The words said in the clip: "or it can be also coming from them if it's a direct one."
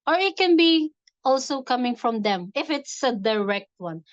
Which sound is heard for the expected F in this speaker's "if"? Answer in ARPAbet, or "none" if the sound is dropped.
F